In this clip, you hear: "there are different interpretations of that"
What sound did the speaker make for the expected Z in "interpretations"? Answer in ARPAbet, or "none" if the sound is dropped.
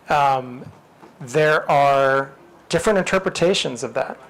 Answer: Z